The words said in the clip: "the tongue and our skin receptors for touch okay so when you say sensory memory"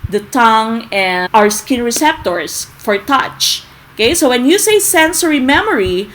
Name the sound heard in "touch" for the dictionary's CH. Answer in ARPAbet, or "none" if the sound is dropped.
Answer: CH